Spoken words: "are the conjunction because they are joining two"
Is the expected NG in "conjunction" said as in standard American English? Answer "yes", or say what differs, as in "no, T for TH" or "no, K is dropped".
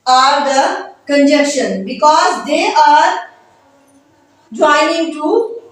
no, NG is dropped